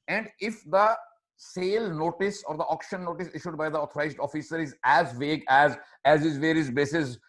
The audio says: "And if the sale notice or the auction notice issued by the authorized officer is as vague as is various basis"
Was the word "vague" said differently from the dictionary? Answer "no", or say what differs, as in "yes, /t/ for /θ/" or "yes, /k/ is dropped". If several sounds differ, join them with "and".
no